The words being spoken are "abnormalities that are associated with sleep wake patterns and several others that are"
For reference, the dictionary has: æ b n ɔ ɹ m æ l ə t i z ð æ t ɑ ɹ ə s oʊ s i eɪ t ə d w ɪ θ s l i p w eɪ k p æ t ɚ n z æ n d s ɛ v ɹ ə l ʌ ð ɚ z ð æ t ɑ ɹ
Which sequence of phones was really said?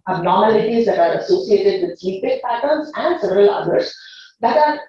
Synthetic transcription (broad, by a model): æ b n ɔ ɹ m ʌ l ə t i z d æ t ɑ ɹ ə s oʊ s i eɪ t ə d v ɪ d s i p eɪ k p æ t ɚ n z æ n d s ɛ v ɹ ə l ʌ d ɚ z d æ t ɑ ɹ